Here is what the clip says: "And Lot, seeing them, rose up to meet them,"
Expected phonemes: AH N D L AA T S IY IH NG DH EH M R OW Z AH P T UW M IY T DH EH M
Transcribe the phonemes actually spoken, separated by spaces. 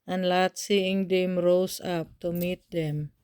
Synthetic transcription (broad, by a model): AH N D L AA T S IY IH NG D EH M R OW S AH P T UW M IY T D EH M